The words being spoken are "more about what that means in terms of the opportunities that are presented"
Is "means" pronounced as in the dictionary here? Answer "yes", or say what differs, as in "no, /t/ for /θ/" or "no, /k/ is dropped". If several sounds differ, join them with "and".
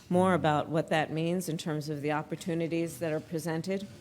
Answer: yes